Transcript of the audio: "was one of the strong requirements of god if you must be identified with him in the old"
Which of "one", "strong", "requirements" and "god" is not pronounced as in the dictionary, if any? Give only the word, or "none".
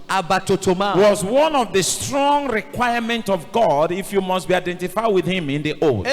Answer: requirements